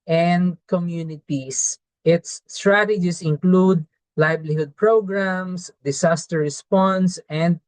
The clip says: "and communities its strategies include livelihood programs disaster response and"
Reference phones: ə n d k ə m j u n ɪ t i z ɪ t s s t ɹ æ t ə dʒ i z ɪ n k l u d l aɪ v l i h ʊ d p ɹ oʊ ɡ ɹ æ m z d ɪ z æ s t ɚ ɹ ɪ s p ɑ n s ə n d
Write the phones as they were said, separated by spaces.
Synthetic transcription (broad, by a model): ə n d k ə m j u n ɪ t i s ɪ t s s t ɹ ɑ t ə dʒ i s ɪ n k l u d l aɪ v l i h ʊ d p ɹ oʊ ɡ ɹ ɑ m s d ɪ s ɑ s t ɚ ɹ ɪ s p ɑ n s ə n d